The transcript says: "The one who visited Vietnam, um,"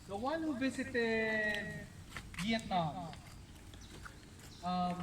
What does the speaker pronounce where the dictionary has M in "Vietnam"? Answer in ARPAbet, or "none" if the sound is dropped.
none